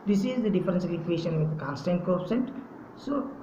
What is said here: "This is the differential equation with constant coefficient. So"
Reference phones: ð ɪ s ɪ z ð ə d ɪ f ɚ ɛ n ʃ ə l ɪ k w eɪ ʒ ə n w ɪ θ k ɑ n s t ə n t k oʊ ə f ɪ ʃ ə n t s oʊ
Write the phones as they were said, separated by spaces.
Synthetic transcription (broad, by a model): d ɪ s ɪ z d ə d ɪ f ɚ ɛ n s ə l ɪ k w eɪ ʃ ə n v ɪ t k ɑ n s t ə n t k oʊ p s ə n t s oʊ